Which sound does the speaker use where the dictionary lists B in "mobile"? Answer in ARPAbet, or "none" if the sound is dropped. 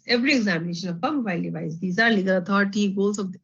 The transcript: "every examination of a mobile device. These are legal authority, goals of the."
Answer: none